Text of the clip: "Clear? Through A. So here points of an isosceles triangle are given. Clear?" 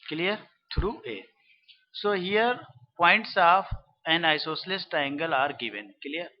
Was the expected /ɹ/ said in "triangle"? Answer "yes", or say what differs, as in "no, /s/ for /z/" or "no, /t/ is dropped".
no, /ɹ/ is dropped